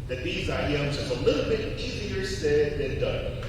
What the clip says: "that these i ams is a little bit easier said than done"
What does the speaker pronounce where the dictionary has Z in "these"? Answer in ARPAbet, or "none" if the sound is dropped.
Z